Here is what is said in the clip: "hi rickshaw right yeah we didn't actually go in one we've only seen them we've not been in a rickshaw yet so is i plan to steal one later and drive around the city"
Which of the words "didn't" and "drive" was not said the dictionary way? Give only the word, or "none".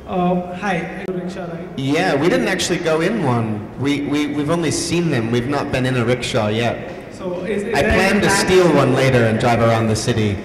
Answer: none